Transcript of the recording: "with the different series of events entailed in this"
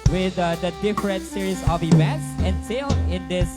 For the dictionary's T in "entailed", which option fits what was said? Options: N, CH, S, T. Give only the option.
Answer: S